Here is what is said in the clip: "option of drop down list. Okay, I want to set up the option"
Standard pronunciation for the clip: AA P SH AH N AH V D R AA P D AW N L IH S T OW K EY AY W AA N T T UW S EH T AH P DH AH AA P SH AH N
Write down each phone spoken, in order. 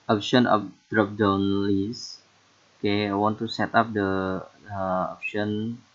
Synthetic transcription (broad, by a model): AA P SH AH N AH P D R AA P D AW N L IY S OW K EY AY W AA N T T UW S EH T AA P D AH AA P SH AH N